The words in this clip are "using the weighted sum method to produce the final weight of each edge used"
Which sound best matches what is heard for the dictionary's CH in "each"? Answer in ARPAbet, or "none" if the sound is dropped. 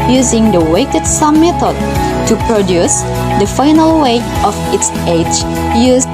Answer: S